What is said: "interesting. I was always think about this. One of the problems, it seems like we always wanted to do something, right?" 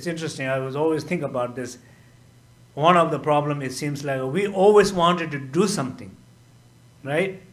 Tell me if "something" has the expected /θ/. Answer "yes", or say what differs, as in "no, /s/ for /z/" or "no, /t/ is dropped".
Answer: no, /t/ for /θ/